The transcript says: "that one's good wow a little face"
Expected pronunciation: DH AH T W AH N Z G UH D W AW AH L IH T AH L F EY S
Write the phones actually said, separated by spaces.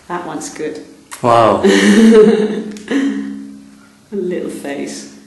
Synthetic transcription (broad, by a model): DH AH T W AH N S G UH D W AW AH L IH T L F EY S